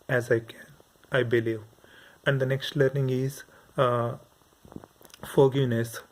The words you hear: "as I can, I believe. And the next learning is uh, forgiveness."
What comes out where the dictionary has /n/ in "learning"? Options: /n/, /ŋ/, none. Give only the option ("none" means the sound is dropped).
/n/